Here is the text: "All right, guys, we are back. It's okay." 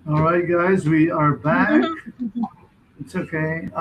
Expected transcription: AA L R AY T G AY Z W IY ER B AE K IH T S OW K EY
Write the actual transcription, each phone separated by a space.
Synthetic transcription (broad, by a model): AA L R AY T G AY Z W IY ER B AE K IH T S OW K EY